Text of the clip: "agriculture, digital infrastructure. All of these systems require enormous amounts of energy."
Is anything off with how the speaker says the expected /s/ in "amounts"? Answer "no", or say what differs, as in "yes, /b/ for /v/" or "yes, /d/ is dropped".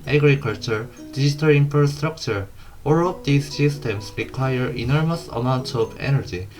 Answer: yes, /s/ is dropped